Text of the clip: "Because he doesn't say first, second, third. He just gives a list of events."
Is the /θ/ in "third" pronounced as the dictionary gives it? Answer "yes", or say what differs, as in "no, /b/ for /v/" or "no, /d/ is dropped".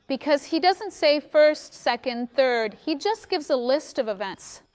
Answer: yes